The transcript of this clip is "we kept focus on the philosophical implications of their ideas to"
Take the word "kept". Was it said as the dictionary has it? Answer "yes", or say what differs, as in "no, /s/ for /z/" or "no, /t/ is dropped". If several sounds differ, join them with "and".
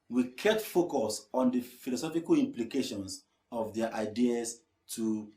no, /p/ is dropped